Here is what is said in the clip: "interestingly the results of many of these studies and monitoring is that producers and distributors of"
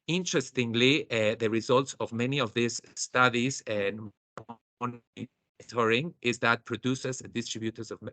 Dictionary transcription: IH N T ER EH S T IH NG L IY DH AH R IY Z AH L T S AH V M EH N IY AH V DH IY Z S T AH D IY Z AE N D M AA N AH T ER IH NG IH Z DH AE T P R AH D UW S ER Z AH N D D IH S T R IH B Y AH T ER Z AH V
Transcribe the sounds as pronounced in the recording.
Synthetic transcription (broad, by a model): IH N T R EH S T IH NG L IY DH AH R IY Z AH L T S AH V M EH N IY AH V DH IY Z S T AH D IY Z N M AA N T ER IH NG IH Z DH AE T P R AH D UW S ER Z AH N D D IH S T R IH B Y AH T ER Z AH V